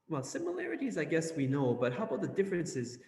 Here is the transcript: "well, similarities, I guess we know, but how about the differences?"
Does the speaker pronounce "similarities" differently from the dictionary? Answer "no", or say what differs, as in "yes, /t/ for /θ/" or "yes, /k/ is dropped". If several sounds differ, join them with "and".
no